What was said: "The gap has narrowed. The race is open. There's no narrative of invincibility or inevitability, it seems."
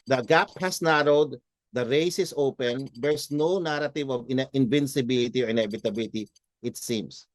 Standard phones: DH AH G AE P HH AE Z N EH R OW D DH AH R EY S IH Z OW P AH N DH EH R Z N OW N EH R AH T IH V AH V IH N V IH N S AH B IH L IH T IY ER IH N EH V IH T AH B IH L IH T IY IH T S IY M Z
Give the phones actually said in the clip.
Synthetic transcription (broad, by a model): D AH G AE P HH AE S N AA R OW D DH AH R EY S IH S OW P AH N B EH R S N OW N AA R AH T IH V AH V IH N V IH N S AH B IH L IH T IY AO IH N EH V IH T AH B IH L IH T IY IH T S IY M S